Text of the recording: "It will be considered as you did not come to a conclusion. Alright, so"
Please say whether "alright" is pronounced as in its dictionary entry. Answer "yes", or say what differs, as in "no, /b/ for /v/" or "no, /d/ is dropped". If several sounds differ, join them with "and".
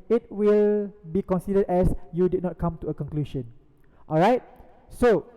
yes